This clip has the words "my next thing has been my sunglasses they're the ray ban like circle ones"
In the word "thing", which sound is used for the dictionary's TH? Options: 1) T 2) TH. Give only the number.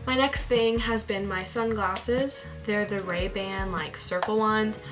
2